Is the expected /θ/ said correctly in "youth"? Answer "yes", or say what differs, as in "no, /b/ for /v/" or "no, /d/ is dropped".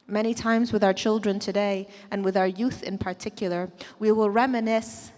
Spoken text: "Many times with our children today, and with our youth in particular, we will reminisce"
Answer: yes